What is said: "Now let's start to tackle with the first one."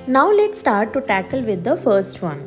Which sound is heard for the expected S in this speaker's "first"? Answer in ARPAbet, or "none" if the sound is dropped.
S